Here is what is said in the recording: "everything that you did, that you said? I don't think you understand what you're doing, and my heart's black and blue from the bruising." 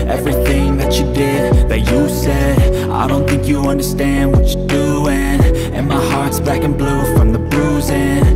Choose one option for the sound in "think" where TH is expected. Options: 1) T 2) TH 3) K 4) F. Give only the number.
2